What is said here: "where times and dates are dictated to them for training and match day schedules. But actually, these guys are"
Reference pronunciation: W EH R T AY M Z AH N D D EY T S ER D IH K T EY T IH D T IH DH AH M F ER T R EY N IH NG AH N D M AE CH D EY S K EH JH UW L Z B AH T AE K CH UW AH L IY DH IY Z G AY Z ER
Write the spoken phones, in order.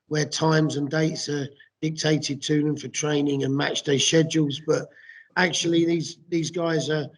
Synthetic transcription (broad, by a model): W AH T AY M Z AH N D D EY T S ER D IH K T EY T IH D T IH DH AH M F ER T R EY N IH NG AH N M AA CH D EY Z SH EH JH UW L Z B AH T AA K CH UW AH L IY DH IY Z G AY Z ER